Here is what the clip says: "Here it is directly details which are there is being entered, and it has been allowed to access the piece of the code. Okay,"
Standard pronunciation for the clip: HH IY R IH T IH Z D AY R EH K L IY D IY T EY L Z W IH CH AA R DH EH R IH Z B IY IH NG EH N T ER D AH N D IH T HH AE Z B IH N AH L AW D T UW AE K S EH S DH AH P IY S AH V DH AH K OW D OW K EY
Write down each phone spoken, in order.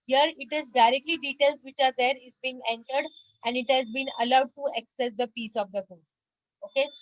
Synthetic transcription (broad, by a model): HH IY R IH T IH Z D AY R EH K L IY D IY T EY L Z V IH CH AA R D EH R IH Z B IY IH NG EH N T ER D AH N D IH T HH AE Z B IH N AH L AW D T UW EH K S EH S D AH P IY S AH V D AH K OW OW K EY